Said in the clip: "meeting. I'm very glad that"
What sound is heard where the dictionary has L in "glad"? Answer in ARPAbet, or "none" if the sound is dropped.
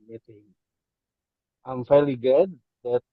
none